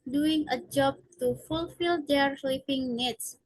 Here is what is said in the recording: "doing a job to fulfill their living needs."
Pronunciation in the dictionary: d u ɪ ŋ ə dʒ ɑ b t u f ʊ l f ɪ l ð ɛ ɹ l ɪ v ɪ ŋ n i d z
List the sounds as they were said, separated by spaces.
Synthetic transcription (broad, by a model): d u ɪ ŋ ə dʒ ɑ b t u f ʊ l f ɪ l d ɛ ɹ l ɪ p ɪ ŋ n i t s